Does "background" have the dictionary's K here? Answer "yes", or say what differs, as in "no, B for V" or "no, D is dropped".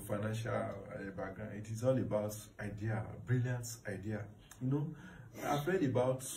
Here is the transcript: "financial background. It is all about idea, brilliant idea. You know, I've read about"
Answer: no, K is dropped